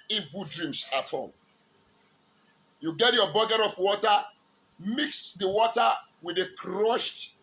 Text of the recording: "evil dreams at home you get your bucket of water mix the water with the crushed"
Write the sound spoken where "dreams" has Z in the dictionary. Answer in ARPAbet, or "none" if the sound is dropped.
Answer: S